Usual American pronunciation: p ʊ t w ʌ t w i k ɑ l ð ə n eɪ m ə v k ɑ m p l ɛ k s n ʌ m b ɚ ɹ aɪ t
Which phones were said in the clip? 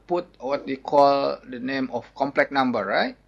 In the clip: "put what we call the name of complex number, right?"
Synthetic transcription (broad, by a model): p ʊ t w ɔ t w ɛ k ɑ l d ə n eɪ m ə f k ɑ m p l ɛ k n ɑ m b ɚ ɹ aɪ t